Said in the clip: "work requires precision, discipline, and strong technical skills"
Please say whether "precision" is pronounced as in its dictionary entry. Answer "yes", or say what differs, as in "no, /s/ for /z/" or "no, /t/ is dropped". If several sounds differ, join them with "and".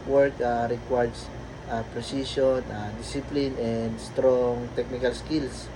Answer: no, /s/ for /ʒ/